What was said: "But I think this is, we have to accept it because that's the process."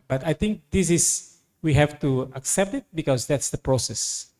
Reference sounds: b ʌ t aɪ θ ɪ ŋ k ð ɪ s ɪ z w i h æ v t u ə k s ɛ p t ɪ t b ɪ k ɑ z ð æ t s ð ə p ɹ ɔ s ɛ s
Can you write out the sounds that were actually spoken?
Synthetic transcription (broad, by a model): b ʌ t aɪ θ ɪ ŋ k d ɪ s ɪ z w i h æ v t u ə k s ɛ p t ɪ t b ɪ k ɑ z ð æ t s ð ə p ɹ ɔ s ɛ s